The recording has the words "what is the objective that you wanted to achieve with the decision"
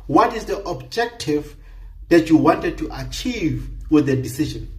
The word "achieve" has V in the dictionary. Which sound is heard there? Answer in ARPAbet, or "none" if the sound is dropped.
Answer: V